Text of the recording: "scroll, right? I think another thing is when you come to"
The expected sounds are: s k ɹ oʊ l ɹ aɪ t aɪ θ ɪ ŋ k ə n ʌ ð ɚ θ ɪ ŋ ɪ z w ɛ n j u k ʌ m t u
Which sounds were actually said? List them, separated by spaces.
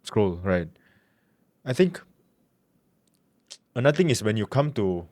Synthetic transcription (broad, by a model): s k ɹ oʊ l ɹ aɪ t aɪ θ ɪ ŋ k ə n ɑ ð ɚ t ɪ ŋ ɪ s w ɛ n j u k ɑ m t u